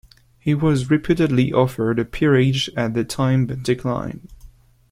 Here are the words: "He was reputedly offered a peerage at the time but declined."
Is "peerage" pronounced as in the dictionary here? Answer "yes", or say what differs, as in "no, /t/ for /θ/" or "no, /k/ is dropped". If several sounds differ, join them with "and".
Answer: yes